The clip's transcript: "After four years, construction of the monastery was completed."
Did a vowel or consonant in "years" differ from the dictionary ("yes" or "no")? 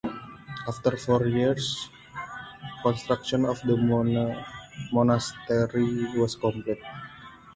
yes